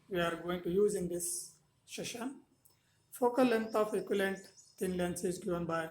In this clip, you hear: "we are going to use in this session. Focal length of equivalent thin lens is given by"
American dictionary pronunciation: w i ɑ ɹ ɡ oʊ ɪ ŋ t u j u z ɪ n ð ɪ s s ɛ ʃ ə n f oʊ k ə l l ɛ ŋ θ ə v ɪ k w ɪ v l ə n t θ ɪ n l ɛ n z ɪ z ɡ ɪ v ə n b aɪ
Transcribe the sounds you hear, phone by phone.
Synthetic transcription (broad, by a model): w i ɑ ɹ ɡ oʊ ɪ ŋ t u j u z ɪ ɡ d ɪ s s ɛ ʃ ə n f oʊ k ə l l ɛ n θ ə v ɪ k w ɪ l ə n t t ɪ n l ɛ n s ɪ z ɡ ɪ v ə n b aɪ